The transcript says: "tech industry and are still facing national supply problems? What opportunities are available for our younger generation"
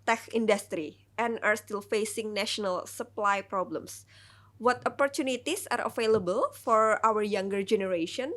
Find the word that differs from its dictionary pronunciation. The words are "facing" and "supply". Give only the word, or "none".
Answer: none